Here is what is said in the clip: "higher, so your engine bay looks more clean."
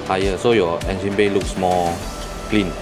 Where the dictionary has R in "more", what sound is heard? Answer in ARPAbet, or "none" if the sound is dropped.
L